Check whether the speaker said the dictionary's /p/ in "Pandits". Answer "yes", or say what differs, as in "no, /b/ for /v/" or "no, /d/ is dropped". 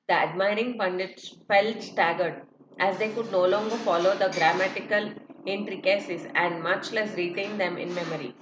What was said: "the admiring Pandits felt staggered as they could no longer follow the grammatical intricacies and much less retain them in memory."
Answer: no, /b/ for /p/